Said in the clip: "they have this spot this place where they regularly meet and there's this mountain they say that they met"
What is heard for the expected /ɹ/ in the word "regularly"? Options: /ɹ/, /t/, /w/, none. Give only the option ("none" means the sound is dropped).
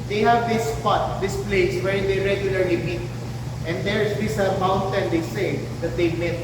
/ɹ/